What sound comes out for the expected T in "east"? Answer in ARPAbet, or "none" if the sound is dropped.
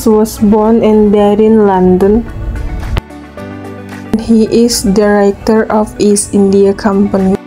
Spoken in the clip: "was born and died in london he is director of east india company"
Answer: none